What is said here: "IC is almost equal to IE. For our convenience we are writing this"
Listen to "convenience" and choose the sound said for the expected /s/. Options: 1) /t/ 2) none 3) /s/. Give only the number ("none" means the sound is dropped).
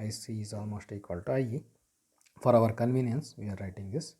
3